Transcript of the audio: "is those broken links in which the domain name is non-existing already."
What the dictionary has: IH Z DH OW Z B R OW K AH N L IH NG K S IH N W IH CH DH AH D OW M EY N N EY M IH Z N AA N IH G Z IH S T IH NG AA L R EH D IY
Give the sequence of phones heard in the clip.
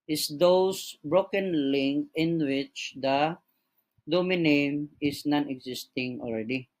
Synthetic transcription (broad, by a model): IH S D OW S B R OW K AH N L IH NG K IH N W IH CH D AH D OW M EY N N EY M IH S N AA N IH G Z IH S T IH NG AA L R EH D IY